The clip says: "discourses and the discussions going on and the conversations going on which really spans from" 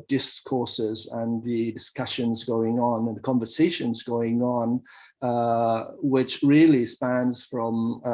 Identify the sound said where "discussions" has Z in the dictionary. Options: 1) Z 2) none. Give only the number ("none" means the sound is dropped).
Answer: 1